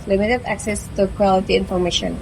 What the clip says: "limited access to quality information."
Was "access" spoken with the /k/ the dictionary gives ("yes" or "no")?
yes